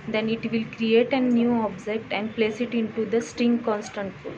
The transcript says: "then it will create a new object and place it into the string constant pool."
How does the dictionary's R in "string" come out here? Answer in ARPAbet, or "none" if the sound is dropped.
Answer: R